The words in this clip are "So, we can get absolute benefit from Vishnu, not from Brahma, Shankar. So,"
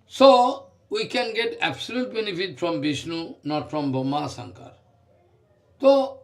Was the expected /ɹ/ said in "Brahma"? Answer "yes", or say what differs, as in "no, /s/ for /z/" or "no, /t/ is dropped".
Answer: no, /ɹ/ is dropped